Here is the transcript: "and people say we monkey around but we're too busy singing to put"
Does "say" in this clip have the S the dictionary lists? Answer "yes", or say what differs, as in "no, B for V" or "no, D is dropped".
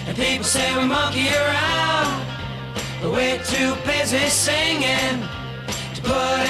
yes